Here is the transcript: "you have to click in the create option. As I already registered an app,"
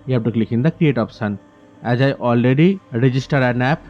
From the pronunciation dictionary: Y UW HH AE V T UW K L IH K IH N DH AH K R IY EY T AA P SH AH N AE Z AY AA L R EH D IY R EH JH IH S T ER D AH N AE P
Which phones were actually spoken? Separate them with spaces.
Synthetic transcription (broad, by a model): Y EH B T UW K L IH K IH N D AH K R IY EY T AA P S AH N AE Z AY AA L R EH D IY R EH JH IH S T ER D AH N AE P